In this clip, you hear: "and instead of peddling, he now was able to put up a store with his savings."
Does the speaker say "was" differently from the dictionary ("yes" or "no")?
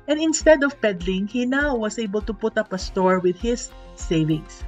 yes